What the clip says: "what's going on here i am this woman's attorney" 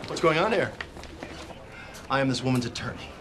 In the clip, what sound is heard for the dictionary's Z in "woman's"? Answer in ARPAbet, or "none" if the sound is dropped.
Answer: Z